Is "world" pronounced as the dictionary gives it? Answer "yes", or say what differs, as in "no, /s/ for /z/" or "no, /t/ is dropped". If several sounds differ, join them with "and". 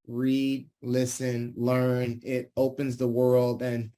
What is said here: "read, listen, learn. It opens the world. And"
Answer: yes